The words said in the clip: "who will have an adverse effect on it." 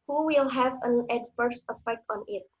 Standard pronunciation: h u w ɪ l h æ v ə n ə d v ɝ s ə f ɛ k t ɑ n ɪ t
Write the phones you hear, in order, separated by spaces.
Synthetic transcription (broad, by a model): h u w ɪ l h æ v ə n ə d f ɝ s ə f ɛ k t ɑ n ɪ t